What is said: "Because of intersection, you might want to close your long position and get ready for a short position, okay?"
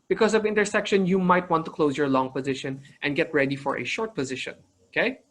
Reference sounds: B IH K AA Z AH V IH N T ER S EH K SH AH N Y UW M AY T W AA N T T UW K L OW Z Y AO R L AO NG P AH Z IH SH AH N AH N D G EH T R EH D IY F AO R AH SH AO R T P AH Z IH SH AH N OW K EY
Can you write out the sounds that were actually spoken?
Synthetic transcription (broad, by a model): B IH K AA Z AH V IH N T ER S EH K SH AH N Y UW M AY T W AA N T T UW K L OW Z Y AO R L AO NG P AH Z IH SH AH N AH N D G EH T R EH D IY F AO R AH SH AO R T P AH Z IH SH AH N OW K EY